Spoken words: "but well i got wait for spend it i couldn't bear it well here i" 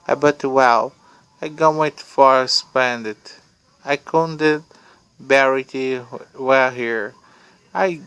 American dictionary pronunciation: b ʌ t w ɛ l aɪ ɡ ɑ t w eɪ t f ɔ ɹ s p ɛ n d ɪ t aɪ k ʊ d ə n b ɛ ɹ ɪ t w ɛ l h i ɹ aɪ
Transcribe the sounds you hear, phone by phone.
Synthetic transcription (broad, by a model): b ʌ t w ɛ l aɪ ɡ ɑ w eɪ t f ɔ ɹ s p ɛ n d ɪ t aɪ k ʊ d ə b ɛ ɹ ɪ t w ɛ l h i ɹ aɪ